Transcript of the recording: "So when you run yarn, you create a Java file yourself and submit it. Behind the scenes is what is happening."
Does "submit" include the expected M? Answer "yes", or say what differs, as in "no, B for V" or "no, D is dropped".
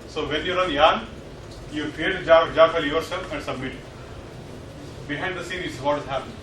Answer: yes